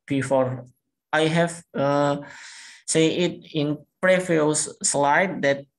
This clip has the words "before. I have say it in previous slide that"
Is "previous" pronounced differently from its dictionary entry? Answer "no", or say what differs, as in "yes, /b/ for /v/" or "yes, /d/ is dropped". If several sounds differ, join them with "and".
yes, /f/ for /v/